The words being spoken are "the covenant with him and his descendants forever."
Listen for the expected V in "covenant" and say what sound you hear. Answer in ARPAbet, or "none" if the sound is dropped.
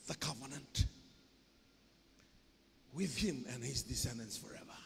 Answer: V